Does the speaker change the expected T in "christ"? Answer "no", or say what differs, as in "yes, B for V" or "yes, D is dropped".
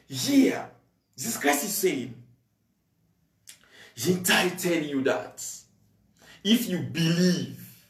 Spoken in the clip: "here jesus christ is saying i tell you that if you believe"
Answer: yes, T is dropped